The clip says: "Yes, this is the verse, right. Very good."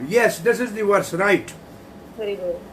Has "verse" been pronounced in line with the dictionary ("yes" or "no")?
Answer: no